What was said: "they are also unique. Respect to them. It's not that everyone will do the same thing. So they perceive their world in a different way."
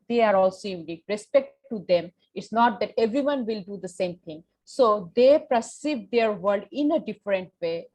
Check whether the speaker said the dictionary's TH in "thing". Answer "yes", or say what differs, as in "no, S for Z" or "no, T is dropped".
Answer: no, T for TH